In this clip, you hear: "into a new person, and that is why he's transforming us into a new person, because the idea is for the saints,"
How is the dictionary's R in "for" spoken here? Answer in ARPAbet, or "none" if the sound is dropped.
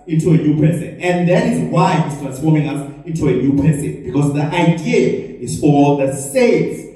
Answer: L